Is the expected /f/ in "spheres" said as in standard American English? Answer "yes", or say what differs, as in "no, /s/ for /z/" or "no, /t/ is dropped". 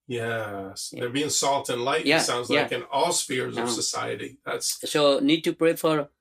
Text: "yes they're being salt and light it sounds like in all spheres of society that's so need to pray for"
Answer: yes